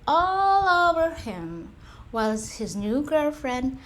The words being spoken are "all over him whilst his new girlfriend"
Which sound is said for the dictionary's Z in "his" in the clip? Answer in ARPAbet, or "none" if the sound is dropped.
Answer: Z